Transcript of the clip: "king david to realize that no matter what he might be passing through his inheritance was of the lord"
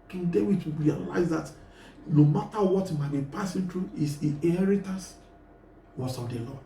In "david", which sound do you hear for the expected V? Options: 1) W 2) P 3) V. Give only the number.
1